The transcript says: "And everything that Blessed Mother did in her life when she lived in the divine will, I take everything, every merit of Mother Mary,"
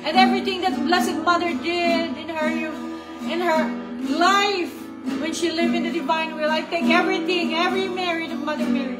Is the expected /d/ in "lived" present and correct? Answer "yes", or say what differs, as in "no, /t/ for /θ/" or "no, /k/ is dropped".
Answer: no, /d/ is dropped